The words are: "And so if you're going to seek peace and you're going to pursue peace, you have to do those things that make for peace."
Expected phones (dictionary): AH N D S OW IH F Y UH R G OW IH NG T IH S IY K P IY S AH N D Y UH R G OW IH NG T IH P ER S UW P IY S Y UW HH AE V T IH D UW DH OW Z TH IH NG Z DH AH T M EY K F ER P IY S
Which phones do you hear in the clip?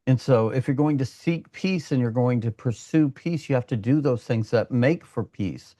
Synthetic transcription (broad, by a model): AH N S OW IH F Y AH R G OW IH NG T IH S IY K P IY S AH N Y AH R G OW IH NG T IH P ER S UW P IY S Y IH HH AE F T IH D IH DH OW Z TH IH NG Z DH AH T M EY K F ER P IY S